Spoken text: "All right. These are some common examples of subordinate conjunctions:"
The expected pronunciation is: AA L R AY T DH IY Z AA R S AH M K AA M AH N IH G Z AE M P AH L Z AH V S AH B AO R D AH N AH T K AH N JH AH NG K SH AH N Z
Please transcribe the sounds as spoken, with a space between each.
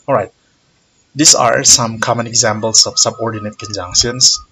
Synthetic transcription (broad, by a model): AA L R AY T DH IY S AA R S AH M K AA M AH N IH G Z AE M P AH L S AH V S AH B AO R D AH N AH T K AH N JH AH NG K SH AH N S